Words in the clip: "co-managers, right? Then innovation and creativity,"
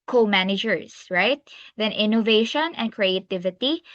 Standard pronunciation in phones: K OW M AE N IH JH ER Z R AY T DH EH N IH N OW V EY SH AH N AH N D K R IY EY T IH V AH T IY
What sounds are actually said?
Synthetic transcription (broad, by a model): K OW M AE N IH JH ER S R AY T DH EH N IH N OW V EY SH AH N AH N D K R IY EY T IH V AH T IY